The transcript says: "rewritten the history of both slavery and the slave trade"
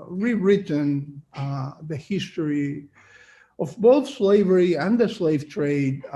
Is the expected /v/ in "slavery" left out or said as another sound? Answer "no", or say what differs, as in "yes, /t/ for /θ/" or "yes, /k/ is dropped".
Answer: no